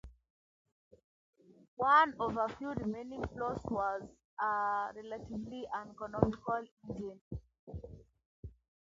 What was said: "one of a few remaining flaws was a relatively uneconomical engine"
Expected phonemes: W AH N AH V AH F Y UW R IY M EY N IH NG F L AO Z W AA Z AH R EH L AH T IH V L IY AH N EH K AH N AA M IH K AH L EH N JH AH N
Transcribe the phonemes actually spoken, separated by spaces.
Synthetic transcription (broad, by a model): W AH N AH V AH F Y UW R IY M EY N IH NG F L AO S W AA Z AH R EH L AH T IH V L IY AH N EH K AH N AA M IH K AH L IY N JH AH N